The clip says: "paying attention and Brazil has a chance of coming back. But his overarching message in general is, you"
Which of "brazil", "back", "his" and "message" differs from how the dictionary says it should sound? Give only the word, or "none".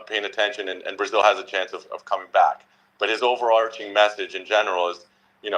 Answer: none